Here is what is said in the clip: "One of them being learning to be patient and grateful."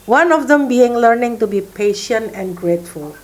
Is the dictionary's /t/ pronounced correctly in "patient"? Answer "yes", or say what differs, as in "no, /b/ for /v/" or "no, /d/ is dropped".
yes